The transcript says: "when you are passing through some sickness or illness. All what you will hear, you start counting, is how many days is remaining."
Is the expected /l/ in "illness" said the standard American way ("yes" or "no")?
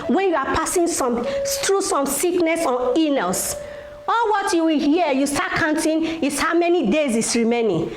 no